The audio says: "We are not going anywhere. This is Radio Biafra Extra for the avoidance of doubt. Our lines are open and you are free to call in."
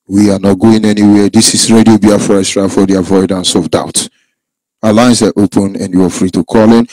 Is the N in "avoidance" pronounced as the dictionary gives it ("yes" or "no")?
yes